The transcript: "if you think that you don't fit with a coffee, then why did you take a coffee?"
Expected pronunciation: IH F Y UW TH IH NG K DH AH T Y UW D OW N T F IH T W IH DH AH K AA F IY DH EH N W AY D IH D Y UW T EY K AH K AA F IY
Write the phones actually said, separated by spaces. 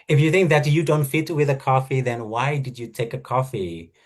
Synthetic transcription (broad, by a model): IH F Y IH TH IH NG K DH AH T Y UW D OW N T F IH T W IH DH AH K AA F IY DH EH N W AY D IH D Y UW T EY K AH K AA F IY